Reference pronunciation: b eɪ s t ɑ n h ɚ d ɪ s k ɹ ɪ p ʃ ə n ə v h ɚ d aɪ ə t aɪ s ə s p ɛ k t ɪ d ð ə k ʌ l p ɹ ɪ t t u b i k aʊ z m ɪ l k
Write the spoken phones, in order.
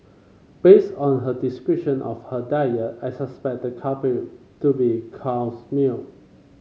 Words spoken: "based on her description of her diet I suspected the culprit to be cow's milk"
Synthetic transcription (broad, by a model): b eɪ s t ɑ n h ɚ d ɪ s k ɹ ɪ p ʃ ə n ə f h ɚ d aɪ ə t aɪ s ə s p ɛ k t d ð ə k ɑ p ɪ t t u b i k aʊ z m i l